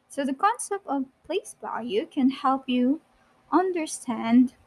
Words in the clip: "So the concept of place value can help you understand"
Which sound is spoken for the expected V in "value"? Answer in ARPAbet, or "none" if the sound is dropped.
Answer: B